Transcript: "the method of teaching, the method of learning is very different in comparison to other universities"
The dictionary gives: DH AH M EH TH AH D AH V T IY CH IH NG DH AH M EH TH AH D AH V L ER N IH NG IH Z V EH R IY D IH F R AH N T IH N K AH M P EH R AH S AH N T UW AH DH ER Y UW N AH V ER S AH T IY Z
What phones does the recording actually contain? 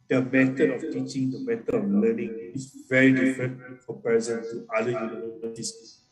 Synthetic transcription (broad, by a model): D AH M EH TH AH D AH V T IY CH IH NG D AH M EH T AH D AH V L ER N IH NG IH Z V EH R IY D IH F R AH N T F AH P R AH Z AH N T UW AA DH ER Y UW N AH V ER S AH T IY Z